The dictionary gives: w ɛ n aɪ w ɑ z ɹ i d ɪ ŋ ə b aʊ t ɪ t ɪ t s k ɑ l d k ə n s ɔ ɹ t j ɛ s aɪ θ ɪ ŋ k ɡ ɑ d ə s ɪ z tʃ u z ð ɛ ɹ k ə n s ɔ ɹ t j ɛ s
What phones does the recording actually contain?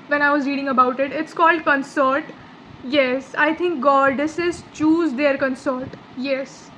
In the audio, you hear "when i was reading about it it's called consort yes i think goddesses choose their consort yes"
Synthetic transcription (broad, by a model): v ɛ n aɪ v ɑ z ɹ i d ɪ ŋ ə b aʊ t ɪ t ɪ t s k ɑ l d k ə n s ɔ ɹ t j ɛ s aɪ t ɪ ŋ k ɡ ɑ d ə s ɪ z tʃ u z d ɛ ɹ k ə n s ɔ ɹ t j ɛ s